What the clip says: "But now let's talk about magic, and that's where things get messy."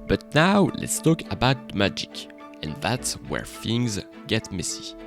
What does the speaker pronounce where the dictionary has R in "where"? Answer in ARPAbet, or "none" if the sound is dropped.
R